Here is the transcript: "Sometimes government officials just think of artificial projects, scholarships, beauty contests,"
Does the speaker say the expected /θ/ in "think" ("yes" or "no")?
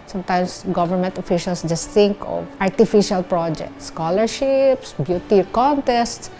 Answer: no